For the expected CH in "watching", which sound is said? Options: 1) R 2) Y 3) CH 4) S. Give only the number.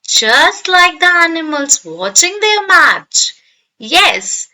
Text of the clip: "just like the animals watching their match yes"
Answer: 3